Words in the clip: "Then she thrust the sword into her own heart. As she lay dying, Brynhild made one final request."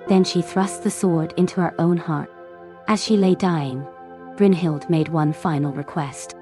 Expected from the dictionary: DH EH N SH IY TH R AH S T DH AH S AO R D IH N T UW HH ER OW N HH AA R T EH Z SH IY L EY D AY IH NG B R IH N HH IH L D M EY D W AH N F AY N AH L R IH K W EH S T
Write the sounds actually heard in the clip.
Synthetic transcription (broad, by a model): DH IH N SH IY TH R AH S T DH AH S AO R D IH N T UW ER OW N HH AA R T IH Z SH IY L EY D AY IH NG B R IH N HH IH L D M EY D W AH N F AY N L R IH K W EH S T